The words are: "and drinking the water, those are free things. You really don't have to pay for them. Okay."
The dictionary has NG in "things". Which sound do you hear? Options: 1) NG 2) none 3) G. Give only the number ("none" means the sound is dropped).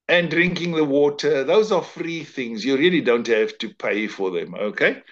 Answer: 1